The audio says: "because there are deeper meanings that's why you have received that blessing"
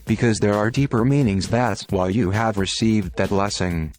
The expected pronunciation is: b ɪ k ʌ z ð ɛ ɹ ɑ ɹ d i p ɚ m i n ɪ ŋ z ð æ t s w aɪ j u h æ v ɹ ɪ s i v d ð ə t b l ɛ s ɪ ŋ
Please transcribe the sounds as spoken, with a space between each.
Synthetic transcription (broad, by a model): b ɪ k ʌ z ð ɛ ɹ ɑ ɹ d i p ɚ m i n ɪ ŋ z ð æ t s w aɪ j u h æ v ɹ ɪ s i v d ð ə t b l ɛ s ɪ ŋ